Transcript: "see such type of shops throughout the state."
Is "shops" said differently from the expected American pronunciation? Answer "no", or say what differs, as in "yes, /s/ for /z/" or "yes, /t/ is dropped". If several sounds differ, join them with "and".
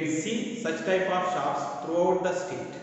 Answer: yes, /p/ is dropped